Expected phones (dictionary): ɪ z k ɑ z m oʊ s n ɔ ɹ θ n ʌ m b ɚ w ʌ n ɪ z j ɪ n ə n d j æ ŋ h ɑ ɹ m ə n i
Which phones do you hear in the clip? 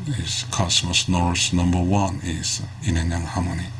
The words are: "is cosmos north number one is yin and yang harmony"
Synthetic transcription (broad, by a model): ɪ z k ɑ s m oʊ s n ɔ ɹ s n ʌ m b ɚ w ʌ n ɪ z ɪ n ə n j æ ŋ h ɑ m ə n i